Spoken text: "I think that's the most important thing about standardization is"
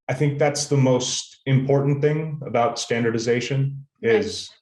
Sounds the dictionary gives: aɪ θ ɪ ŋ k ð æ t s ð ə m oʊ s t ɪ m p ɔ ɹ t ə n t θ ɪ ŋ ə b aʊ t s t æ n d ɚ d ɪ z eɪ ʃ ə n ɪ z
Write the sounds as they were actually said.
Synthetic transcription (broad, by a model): aɪ θ ɪ ŋ k ð æ t s ð ə m oʊ s t ɪ m p ɔ ɹ t n θ ɪ ŋ ə b aʊ t s t æ n d ɚ d ɪ z eɪ ʃ ə n ɪ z